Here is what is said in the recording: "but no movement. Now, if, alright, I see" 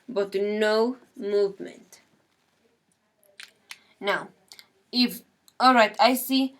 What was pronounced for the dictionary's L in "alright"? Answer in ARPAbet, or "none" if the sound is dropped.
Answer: L